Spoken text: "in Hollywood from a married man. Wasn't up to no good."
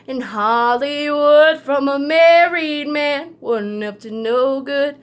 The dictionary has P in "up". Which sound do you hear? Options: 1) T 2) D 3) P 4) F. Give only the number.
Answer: 4